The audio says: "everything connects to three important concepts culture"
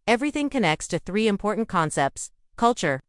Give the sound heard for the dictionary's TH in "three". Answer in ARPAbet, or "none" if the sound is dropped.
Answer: TH